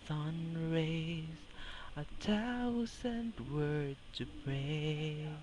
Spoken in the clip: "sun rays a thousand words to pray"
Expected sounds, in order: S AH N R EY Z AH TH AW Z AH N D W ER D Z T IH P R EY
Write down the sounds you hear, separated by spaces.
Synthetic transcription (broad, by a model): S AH N R EY Z AH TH AW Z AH N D W ER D T IH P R EY